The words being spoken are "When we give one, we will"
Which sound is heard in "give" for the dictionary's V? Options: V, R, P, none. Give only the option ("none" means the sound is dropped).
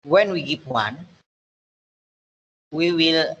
P